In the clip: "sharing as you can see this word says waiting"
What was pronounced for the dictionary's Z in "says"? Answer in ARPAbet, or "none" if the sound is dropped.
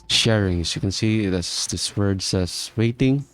S